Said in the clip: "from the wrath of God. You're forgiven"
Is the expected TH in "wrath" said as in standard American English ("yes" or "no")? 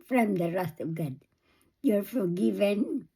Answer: no